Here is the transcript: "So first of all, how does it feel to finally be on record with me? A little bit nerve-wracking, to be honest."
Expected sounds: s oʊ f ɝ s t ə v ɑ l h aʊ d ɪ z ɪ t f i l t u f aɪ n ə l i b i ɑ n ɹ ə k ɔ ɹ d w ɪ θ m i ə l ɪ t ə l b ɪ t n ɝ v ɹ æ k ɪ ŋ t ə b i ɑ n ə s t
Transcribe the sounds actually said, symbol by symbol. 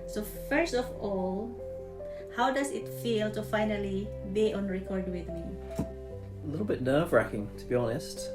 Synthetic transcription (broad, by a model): s oʊ f ɝ s t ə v ɑ l h aʊ d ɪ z ɪ t f i l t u f aɪ n ə l i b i ɑ n ɹ ə k ɔ ɹ d w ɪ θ m i ə l ɪ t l b ɪ t n ɝ v ɹ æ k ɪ ŋ t ə b i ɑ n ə s t